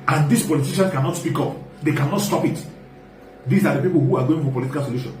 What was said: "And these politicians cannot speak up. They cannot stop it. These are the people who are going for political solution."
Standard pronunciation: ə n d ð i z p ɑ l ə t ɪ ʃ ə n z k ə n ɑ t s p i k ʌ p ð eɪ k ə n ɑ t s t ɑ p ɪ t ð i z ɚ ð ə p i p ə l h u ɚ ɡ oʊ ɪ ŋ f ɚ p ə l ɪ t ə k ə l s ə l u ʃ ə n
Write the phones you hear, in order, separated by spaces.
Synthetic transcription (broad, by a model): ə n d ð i s p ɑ l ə t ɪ ʃ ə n k ə n ɑ t s p i k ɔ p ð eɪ k ə n ɑ t s t ɑ p ɪ t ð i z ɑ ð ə p i p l h u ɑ ɡ oʊ ɪ ŋ f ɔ p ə l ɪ t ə k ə l s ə l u ʃ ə n